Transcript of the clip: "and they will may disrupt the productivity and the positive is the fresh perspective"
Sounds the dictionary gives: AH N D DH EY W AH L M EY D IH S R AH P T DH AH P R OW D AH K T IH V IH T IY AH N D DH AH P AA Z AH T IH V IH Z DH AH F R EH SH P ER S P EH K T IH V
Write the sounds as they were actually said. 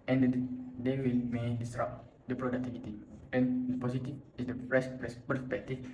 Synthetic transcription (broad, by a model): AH N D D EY W AH L M EY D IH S R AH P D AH P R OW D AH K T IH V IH T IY AH N D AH P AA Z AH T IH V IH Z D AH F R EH S P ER S P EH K T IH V